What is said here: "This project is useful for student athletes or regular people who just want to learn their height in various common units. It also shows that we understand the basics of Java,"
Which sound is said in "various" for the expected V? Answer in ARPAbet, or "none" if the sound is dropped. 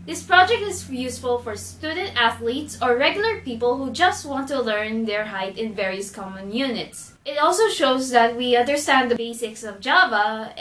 V